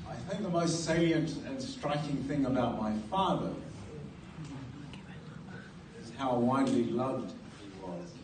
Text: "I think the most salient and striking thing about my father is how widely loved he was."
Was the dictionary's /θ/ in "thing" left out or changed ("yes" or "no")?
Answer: no